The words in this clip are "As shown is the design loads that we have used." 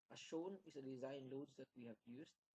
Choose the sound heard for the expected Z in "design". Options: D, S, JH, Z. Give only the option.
Z